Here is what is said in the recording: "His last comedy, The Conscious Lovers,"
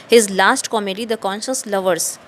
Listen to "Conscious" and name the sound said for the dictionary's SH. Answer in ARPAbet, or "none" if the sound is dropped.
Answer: SH